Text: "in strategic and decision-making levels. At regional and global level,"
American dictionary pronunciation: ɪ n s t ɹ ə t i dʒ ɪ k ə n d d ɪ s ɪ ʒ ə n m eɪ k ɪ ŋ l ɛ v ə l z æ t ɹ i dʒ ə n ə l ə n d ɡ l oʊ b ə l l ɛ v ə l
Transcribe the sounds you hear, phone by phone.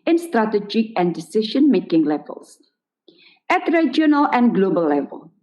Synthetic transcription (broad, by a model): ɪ n s t ɹ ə t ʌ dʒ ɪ ə n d d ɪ s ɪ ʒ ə n m eɪ k ɪ ŋ l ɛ v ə l s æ t ɹ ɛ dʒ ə n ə l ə n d ɡ l oʊ b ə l l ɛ v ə l